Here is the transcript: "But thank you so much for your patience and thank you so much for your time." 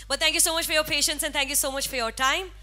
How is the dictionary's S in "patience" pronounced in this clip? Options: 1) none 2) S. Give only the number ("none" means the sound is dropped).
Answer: 2